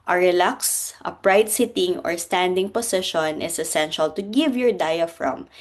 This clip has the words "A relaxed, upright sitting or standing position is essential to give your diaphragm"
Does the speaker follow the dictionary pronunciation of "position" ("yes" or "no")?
no